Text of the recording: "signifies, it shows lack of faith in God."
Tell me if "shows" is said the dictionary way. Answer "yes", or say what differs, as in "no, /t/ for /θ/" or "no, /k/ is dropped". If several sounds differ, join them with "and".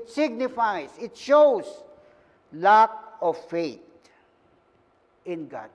no, /s/ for /z/